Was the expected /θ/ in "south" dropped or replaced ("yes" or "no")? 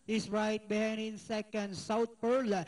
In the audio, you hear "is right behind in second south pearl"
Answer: yes